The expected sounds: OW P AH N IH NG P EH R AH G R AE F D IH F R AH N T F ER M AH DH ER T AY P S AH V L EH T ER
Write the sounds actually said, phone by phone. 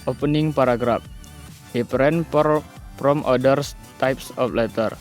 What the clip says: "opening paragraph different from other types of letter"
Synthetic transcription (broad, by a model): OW P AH N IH NG P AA R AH G R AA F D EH P R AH N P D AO M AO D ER T AY P S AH F L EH T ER